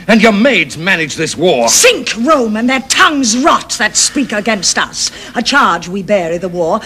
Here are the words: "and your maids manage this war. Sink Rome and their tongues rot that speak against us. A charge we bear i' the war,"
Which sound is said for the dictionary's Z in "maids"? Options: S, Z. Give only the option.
Z